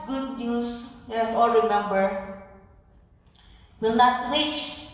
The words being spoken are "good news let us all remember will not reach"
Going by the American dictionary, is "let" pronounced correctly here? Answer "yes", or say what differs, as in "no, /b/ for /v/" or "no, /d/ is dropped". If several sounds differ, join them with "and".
no, /t/ is dropped